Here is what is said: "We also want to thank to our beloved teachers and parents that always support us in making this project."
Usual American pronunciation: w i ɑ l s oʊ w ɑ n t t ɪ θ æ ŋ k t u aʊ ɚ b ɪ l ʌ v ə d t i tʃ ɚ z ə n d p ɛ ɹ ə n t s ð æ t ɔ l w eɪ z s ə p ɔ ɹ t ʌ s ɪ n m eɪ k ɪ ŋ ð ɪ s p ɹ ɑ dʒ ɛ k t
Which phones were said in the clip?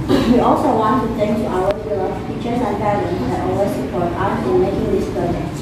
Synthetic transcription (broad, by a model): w i ɑ l s oʊ w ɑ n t t ɪ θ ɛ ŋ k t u aʊ ɚ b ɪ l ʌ f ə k tʃ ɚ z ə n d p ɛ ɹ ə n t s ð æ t ɔ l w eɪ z s ə p ɔ ɹ t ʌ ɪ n m eɪ k ɪ ŋ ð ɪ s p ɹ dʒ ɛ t